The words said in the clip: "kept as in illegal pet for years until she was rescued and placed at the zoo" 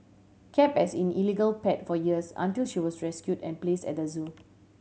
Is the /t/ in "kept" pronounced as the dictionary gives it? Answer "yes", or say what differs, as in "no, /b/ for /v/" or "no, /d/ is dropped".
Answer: no, /t/ is dropped